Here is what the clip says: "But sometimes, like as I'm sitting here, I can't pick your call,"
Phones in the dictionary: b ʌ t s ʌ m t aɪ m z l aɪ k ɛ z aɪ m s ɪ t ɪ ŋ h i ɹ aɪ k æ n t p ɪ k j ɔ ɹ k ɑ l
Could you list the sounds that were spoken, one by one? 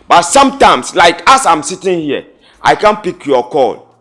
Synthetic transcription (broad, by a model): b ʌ t s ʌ m t aɪ m s l aɪ k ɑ s aɪ m s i t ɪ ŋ h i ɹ aɪ k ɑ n p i k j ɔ k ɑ l